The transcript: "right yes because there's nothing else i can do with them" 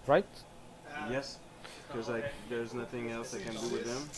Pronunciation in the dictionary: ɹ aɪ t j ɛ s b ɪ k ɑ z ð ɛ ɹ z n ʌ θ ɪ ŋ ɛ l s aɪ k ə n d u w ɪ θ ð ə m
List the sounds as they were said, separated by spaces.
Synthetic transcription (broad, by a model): ɹ aɪ t j ɛ s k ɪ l ɑ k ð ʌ ɹ z n ʌ θ ɪ ŋ ɛ l s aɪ k ə n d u w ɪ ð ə m